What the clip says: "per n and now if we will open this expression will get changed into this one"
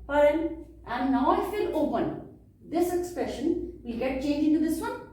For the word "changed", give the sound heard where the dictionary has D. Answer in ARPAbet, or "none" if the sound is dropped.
none